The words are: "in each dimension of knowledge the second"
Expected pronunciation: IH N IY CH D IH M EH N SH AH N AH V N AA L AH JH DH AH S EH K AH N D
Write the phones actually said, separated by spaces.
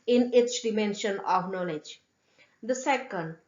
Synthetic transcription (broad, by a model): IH N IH S D IH M EH N SH AH N AH V N AA L AH JH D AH S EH K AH N D